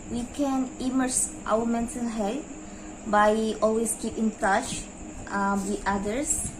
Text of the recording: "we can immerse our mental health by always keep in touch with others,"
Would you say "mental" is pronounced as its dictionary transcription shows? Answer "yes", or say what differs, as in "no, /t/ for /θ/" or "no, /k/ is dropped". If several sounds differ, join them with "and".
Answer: no, /s/ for /t/ and /n/ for /l/